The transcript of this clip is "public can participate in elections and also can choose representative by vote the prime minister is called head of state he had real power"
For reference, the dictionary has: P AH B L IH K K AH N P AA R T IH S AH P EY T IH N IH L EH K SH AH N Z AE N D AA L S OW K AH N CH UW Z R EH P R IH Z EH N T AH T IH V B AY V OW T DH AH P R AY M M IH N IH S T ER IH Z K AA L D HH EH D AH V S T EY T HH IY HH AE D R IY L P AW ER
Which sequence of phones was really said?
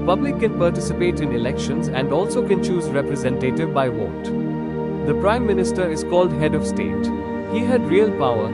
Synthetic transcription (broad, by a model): P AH B L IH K K AH N P AA R T IH S AH P EY T IH N IH L EH K SH AH N Z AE N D AA L S OW K AH N CH UW Z R EH P R IH Z EH N T AH T IH V B AY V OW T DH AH P R AY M M IH N IH S T ER IH Z K AA L D HH EH D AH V S T EY T HH IY HH AE D R IY L P AW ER